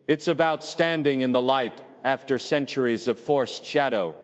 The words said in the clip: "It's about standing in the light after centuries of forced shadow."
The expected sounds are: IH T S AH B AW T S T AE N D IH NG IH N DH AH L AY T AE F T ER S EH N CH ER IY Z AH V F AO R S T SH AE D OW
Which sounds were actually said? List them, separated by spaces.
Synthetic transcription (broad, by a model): IH T S AH B AW T S T AE N D IH NG IH N DH AH L AY T AE F T ER S EH N CH ER IY Z AH V F AO R S T SH AE D OW